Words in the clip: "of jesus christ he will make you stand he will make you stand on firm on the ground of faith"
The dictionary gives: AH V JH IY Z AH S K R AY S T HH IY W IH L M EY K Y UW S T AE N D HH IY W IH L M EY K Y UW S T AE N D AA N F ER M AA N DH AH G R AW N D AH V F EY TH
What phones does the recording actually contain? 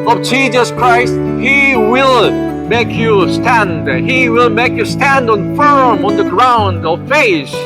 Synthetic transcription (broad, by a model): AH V JH IY Z AH S K R AY S T HH IY W IH L M EY K Y UW S T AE N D HH IY W IH L M EY K Y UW S T AE N D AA N F ER M AA N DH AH G R AW N D AH V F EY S